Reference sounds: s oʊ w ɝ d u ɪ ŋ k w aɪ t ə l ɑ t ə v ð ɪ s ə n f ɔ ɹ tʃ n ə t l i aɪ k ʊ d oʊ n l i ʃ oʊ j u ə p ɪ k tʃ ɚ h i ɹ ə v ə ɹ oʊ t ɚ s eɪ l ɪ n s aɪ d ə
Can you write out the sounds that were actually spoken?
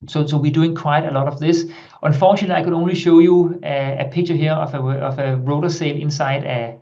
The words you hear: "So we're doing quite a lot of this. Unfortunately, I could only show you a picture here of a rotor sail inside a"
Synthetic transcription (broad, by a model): s oʊ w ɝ d u ɪ ŋ k w aɪ t ə l ɑ t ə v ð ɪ s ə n f ɔ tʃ ə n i aɪ k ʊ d oʊ n l i ʃ oʊ j u ə p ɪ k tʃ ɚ h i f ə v ə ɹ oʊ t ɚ s eɪ l ɪ n s aɪ d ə